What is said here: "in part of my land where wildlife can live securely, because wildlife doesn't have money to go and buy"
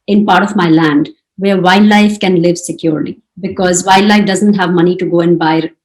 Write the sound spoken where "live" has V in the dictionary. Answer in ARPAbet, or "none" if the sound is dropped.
V